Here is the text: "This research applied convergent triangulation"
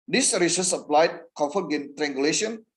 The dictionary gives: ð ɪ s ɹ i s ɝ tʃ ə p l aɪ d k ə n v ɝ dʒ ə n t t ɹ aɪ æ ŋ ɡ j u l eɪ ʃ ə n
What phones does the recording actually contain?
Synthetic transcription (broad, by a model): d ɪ s ɹ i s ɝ s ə p l aɪ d k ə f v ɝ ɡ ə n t t ɹ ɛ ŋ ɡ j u l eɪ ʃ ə n